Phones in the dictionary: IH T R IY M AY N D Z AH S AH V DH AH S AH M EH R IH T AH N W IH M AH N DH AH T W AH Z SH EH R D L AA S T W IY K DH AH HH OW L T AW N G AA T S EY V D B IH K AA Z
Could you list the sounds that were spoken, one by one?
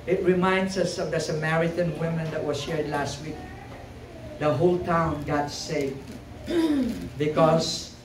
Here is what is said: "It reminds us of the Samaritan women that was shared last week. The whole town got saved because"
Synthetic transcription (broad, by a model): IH T R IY M AY N D S AH S AH V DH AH S AH M EH R IH T AH N W IH M AH N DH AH T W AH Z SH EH R D L AA S T W IY K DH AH HH OW L T AW N G AA T S EY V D B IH K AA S